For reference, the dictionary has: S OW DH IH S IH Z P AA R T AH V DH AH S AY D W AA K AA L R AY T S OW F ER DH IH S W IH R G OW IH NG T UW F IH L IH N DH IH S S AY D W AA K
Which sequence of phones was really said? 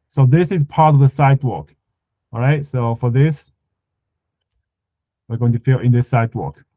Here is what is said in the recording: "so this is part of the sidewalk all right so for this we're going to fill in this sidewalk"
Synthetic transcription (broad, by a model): S OW DH IH S IH Z P AA R T AH V DH AH S AY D W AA K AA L R AY T S OW F ER DH IH S W IH R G OW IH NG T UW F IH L IH N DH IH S S AY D W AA K